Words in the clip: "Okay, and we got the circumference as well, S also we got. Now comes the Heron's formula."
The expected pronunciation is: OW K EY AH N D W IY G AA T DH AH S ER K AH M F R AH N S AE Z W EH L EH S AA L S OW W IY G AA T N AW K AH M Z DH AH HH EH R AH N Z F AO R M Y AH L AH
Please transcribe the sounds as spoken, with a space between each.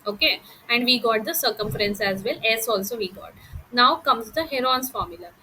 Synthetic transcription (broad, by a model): OW K EY AH N D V IY G AA T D AH S ER K AH M F R AH N S AE Z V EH L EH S AA L S OW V IY G AA T N AW K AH M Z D AH HH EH R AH N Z F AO R M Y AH L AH